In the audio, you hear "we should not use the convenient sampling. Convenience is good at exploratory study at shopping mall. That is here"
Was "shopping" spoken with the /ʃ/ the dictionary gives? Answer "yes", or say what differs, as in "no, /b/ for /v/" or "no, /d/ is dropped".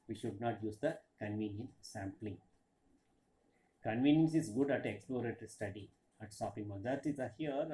no, /s/ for /ʃ/